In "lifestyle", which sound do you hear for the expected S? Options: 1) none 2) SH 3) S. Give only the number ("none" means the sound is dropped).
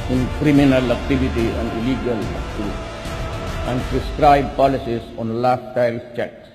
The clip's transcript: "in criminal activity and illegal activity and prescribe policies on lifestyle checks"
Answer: 1